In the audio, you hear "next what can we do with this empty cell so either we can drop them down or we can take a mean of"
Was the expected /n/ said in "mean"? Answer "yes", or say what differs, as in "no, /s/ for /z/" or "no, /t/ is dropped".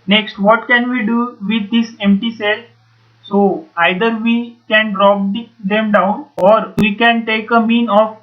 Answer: yes